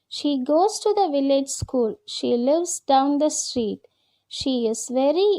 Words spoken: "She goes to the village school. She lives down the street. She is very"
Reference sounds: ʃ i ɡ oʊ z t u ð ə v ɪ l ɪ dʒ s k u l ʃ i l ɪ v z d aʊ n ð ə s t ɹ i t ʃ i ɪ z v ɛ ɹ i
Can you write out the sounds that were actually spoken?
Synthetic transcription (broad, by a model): ʃ i ɡ oʊ z t u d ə v ɪ l ɪ dʒ s k u l ʃ i l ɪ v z d aʊ n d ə s t ɹ i t ʃ i ɪ z v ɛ ɹ i